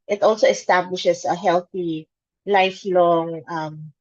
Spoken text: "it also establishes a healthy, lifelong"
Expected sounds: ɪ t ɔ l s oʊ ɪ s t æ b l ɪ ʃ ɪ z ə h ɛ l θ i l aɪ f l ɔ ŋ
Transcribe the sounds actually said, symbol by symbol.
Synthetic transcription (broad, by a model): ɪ t ɔ l s oʊ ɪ s t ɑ b l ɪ ʃ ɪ s ə h ɛ l θ i l aɪ f l ɔ ŋ